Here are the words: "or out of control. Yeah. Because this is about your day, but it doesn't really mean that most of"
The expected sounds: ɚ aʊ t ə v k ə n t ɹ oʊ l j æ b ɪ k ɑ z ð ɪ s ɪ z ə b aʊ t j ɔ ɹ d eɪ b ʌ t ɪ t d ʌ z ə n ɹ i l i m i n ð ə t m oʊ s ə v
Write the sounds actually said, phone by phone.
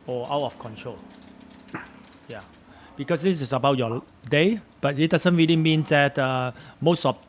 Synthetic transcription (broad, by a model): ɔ aʊ t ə f k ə n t ɹ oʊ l j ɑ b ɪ k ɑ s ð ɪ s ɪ s ə b aʊ t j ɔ d eɪ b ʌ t ɪ t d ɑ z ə n ɹ i l i m i n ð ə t m oʊ s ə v